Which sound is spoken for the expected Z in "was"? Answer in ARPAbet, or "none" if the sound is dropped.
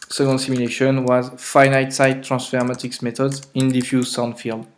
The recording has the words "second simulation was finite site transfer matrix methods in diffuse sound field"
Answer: Z